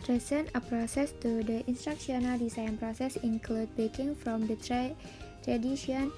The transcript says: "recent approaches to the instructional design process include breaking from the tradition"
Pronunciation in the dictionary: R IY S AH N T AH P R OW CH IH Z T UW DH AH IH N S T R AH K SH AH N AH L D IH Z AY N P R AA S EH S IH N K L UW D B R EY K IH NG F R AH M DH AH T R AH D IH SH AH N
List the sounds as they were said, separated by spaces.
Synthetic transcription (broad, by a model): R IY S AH N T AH P R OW S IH S T UW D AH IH N S T R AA K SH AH N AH L D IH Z AY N P R AA S EH S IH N K L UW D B EY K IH NG F R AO M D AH T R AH D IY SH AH N